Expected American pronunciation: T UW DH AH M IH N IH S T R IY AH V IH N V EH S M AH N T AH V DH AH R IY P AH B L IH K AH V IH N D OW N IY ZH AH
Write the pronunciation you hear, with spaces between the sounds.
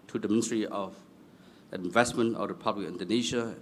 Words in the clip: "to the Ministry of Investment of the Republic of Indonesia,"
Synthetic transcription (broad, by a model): T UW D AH M IH N IH S T R IY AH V IH N V EH S M AH N T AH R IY P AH B L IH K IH N D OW N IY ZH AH